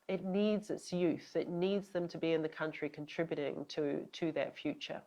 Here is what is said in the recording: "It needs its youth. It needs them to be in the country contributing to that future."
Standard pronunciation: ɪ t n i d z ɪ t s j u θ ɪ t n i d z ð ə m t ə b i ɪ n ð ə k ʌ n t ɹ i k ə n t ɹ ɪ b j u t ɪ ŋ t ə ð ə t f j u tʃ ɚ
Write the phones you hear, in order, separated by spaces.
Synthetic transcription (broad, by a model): ɪ t n i d z ɪ t s j u θ ɪ t n i d z ð ə m t ə b i ɪ n ð ə k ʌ n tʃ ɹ i k ə n t ɹ ɪ b j u t ɪ ŋ t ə ð ə t f j u tʃ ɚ